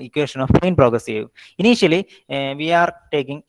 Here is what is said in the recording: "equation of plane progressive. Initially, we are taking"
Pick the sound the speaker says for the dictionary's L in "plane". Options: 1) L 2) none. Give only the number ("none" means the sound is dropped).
2